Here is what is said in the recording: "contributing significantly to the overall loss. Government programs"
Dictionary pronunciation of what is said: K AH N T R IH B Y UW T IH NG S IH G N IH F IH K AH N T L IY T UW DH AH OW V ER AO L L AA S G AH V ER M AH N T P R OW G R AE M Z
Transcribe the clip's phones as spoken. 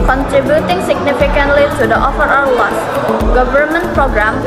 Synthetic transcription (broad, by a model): K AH N T R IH B Y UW T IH NG S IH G N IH F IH K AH N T L IY T UW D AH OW F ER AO W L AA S G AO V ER M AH N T P R OW G R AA M